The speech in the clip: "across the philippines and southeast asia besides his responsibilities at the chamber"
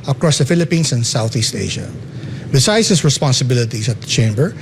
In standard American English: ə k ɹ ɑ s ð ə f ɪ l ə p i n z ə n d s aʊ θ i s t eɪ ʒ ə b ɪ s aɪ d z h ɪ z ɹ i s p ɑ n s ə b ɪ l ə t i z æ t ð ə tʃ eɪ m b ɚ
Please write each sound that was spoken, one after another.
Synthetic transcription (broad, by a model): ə k ɹ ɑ s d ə f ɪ l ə p i n s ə n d s aʊ θ i s t eɪ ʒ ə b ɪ s aɪ d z h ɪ s ɹ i s p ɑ n s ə b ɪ l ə t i s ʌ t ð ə tʃ eɪ m b ɚ